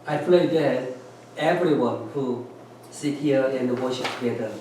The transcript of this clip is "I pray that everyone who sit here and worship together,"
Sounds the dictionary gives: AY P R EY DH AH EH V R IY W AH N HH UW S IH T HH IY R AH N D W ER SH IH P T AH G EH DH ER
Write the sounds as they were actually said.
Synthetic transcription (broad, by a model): AY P L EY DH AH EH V R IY W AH N HH UW S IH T HH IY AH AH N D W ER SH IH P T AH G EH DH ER